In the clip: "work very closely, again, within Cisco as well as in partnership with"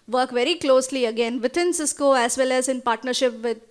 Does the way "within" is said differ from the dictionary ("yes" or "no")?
yes